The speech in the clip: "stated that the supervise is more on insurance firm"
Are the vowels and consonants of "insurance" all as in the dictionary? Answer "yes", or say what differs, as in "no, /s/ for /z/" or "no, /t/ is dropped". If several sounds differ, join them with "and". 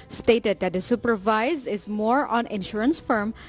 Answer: yes